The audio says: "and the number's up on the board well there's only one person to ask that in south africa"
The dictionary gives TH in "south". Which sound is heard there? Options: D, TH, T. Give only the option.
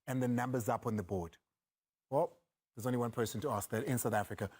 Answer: TH